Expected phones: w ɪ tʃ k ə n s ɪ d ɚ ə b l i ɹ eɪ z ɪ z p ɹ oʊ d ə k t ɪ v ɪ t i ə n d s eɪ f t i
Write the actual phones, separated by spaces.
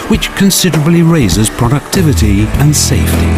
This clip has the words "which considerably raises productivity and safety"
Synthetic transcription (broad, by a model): w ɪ tʃ k ə n s ɪ d ɚ ə b l i ɹ eɪ z ɪ z p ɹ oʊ d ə k t ɪ v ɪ t i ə n s eɪ f t i